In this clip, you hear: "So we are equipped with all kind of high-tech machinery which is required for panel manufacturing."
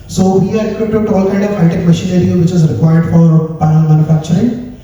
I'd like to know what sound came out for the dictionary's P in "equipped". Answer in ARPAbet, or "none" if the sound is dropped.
none